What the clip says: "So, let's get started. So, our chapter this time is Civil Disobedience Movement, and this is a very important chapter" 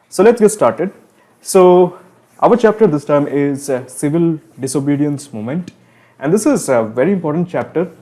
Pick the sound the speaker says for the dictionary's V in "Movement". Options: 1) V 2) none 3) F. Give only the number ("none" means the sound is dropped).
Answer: 2